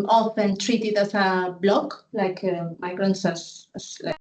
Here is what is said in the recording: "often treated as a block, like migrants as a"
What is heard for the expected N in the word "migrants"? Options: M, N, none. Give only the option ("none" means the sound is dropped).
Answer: N